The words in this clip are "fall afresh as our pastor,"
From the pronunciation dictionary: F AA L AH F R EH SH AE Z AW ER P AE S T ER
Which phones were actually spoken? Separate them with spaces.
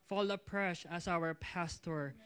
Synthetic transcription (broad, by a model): F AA L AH P R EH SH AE S AW ER P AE S T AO